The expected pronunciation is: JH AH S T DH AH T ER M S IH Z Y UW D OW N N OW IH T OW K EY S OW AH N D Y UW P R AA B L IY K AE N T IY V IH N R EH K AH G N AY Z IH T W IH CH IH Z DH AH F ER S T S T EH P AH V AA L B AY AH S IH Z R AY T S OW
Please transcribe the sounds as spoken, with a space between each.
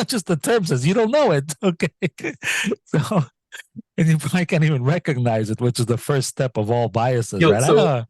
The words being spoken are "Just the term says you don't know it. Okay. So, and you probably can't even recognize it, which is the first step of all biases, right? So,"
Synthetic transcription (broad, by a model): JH AH S T DH AH T ER M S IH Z Y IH D OW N N OW IH T OW K EY S OW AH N Y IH P R AA B L IY K AE N T IY V IH N R EH K AH G N AY Z IH T W IH CH IH Z DH AH F ER S T S T EH P AH V AA L B AY AH S IH Z R AY T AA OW